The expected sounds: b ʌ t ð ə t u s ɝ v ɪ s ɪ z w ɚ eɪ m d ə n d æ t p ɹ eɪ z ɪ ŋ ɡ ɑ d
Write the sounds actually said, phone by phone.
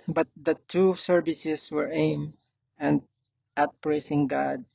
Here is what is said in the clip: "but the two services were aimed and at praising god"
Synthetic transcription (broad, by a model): b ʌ t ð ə t u s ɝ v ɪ s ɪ s w ɚ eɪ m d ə n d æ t p ɹ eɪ s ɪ ŋ ɡ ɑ d